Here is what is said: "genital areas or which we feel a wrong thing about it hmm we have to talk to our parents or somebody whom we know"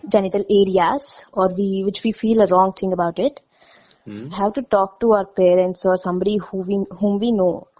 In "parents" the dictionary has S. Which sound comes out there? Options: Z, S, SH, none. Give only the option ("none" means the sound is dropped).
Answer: S